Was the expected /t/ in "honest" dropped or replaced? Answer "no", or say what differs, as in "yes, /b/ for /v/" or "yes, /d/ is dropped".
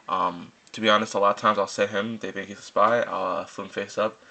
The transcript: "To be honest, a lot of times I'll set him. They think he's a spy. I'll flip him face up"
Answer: no